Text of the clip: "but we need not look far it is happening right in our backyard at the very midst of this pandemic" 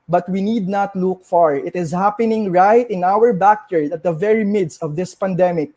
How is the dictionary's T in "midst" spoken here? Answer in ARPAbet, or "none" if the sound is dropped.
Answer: T